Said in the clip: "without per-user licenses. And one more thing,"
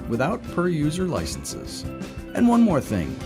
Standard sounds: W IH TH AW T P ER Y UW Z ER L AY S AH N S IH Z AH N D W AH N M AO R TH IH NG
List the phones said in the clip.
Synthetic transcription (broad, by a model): W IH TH AW T P ER Y UW Z ER L AY S N S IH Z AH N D W AH N M AO R TH IH NG